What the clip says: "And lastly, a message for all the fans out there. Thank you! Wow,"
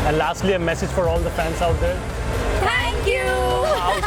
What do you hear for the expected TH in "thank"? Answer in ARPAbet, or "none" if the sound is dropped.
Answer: T